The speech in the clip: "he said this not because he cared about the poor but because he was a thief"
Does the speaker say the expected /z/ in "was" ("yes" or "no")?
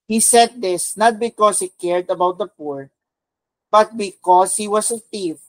no